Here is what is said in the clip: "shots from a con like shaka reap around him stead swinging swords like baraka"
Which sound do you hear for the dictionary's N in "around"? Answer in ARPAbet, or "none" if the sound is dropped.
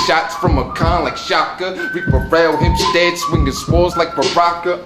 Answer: L